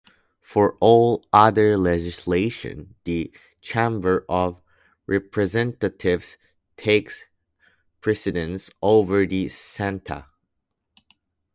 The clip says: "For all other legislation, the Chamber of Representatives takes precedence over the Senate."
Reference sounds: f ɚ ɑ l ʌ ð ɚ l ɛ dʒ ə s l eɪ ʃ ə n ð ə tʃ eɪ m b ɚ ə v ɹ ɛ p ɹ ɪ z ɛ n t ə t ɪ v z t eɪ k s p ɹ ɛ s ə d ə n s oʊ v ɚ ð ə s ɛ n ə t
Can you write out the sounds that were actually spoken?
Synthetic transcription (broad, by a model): f ɚ ɑ l ʌ ð ɚ l ɛ dʒ ə s l eɪ ʃ ə n ð ə tʃ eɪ m b ɚ ə v ɹ ɛ p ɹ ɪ z ɛ n t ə t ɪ v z t eɪ k s p ɹ ɛ s ə d ə n s oʊ v ɚ ð ə s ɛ n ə